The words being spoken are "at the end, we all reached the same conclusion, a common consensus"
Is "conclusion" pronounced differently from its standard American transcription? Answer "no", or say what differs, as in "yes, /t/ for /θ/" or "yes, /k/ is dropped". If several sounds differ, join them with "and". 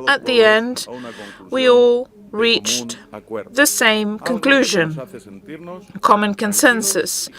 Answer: no